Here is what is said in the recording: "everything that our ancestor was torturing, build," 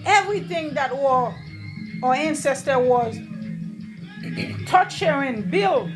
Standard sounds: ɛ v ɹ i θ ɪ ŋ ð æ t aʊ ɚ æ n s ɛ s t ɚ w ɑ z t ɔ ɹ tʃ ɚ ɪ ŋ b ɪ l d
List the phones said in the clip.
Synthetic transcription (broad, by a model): ɛ v ɹ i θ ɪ ŋ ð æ t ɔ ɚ æ n s ɛ s t ɚ w ɑ z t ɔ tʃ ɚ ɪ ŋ b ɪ l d